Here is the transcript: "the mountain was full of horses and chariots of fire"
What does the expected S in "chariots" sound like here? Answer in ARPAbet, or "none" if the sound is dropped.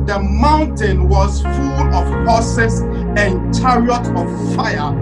none